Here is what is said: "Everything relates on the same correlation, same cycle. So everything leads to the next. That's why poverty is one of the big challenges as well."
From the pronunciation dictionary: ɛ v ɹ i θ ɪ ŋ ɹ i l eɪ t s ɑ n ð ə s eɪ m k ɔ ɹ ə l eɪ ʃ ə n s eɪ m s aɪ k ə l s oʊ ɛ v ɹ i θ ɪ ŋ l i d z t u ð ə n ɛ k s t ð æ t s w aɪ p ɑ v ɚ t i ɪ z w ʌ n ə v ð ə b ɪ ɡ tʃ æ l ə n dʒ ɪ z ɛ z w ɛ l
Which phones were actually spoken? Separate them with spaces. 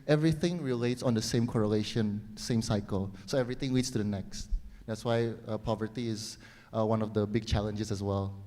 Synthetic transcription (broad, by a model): ɛ v ɹ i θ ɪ ŋ ɹ i l eɪ t s ɑ n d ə s eɪ m k ɔ ɹ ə l eɪ ʃ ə n s eɪ m s aɪ k ə l s oʊ ɛ v ɹ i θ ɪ ŋ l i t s t u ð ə n ɛ k s t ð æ t s w aɪ p ɑ v ɚ t i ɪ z w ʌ n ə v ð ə b ɪ ɡ tʃ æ l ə n dʒ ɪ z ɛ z w ɛ l